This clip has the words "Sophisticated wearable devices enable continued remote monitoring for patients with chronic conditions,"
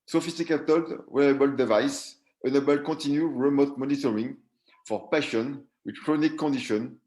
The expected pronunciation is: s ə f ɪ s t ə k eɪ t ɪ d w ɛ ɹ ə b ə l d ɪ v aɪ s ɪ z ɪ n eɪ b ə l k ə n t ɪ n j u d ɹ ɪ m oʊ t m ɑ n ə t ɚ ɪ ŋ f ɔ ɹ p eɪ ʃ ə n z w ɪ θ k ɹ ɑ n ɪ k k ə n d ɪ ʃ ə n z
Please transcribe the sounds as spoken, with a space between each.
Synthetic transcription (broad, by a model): s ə f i s t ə k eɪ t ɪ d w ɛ ə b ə l d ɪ v aɪ s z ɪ n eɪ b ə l k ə t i n j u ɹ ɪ m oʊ t m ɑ n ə t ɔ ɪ ŋ f ɔ ɹ p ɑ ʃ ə n w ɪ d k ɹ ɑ n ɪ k k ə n d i ʃ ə n